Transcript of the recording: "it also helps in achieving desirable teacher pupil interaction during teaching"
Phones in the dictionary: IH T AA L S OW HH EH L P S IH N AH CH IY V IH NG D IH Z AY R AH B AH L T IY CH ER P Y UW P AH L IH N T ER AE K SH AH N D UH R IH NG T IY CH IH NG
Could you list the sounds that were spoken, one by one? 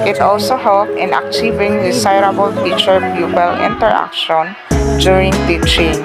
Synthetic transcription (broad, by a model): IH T AA L S OW HH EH L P IH N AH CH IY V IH NG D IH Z AY R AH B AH L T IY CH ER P Y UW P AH L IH N T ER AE K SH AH N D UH R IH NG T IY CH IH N